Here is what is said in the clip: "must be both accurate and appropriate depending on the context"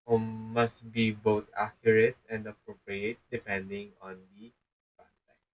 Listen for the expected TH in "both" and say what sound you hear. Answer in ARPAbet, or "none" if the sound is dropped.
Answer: T